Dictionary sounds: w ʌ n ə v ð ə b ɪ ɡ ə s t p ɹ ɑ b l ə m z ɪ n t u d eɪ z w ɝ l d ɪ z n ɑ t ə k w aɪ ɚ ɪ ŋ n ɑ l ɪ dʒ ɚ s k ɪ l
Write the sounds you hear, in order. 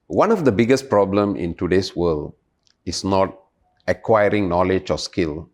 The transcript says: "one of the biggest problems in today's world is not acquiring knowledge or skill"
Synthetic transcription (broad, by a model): w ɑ n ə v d ə b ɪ ɡ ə s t p ɹ ɑ b l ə m ɪ n t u d eɪ s w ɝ l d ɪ s n ɑ t ə k w aɪ ɚ ɪ ŋ n ɑ l ɪ dʒ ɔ s k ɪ l